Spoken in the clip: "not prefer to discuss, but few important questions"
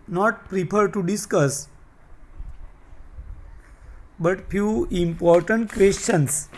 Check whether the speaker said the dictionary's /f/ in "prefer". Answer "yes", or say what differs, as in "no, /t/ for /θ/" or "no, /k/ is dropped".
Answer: no, /p/ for /f/